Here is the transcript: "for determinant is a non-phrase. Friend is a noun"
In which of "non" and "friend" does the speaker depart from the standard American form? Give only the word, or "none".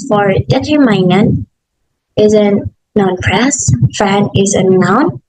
friend